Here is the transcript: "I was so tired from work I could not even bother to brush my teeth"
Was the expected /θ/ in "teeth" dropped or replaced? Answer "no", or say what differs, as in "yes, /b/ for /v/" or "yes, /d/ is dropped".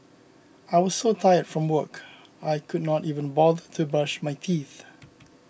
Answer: no